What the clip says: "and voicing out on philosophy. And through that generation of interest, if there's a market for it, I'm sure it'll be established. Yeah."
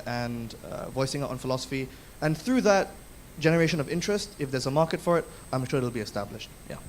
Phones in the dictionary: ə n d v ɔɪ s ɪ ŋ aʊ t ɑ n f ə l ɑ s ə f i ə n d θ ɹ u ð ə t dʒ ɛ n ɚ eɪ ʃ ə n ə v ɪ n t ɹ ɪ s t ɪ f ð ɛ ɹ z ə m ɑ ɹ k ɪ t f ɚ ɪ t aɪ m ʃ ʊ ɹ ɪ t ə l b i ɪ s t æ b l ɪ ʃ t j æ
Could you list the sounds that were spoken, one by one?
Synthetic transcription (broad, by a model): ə n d v ɔɪ s ɪ ŋ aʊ ɑ n f ə l ɑ s ə f i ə n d θ ɹ u ð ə t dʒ ɛ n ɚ eɪ ʃ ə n ə v ɪ n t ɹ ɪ s t ɪ f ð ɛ ɹ z ə m ɑ ɹ k ɪ t f ɚ ɪ t aɪ m ʃ ʊ ɹ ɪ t l b i ɪ s t æ b l ɪ ʃ t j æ